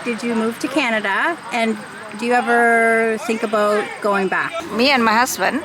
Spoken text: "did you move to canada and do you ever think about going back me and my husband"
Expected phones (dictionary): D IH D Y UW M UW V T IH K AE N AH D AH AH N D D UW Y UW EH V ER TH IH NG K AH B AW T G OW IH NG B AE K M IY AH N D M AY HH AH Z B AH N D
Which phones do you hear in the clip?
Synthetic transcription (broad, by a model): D IH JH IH M UW V T IH K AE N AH D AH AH N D D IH Y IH EH V ER TH IH NG K AH B AW T G OW IH NG B AE K M IY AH N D M AY HH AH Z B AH N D